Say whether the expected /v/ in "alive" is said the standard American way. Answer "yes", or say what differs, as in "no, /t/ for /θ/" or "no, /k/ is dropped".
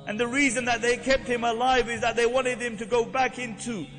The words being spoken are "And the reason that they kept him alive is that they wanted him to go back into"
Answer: yes